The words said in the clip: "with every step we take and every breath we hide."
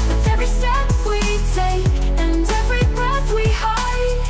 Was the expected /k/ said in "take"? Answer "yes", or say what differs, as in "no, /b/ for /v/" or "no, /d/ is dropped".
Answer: no, /k/ is dropped